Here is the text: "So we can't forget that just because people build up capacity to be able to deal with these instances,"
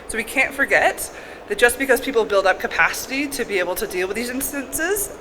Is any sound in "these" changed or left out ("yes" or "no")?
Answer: no